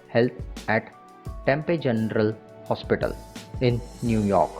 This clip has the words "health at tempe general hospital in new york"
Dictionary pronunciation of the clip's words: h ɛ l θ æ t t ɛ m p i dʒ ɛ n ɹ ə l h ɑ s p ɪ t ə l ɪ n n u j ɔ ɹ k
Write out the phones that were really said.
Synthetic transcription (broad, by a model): h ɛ l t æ t t ɛ m p i dʒ ɛ n ɹ ə l h ɑ s p ɪ t ə l ɪ n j u j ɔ ɹ k